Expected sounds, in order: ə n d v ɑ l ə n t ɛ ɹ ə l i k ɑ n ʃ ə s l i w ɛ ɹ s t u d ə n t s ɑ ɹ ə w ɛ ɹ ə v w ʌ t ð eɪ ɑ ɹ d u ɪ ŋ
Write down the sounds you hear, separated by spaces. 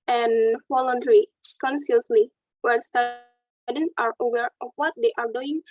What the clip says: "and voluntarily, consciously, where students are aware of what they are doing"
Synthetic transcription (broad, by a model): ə n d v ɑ l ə n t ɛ ɹ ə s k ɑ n s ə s l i w ɛ ɹ s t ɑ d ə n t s ɑ ɹ ə w ɛ ɹ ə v w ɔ t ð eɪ ɑ ɹ d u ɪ ŋ